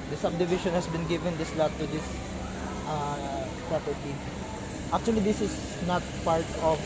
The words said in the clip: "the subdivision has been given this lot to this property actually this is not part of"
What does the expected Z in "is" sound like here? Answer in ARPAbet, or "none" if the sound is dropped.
S